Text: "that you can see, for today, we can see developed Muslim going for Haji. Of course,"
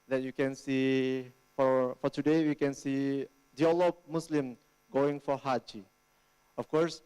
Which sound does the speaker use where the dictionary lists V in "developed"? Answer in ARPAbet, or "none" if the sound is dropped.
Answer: none